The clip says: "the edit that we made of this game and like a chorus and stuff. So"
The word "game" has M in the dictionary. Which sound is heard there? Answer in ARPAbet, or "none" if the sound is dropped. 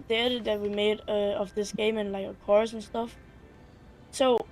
M